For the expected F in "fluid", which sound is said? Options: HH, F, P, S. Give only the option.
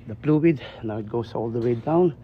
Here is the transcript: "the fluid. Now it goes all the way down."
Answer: P